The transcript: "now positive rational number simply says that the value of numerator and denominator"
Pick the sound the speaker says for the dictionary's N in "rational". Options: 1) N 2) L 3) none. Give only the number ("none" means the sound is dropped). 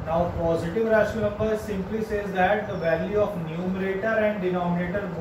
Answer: 3